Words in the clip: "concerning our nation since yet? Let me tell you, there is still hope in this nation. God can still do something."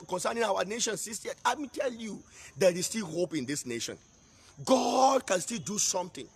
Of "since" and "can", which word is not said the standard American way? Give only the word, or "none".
since